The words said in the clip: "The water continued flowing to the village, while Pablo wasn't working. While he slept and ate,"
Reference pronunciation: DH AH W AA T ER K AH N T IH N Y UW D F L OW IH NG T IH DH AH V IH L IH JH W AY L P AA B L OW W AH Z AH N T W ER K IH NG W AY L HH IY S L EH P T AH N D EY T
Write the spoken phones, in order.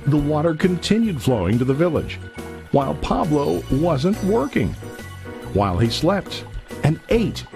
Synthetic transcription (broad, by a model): DH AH W AA T ER K AH N T IH N Y UW D F L OW IH NG T IH DH AH V IH L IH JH W AY L P AA B L OW W AH Z AH N T W ER K IH NG W AY L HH IY S L EH P T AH N EY T